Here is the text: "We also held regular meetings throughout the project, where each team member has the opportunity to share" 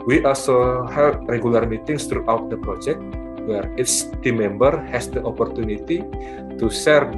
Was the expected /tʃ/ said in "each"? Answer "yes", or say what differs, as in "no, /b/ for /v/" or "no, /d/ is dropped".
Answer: no, /s/ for /tʃ/